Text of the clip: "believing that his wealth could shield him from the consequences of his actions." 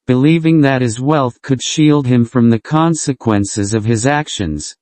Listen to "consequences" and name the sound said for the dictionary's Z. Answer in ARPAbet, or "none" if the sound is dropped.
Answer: Z